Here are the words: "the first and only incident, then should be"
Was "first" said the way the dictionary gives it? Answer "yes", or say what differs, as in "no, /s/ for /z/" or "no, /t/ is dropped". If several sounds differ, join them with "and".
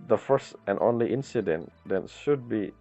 yes